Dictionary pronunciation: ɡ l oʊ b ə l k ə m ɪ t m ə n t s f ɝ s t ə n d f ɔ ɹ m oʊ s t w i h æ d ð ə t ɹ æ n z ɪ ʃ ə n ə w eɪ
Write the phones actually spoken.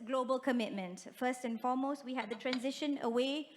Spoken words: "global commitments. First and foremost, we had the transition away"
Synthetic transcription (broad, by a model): ɡ l oʊ b ə l k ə m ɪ t m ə n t f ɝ s t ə n f ɔ m oʊ s t w i h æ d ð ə t ɹ æ n z ɪ ʃ ə n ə w eɪ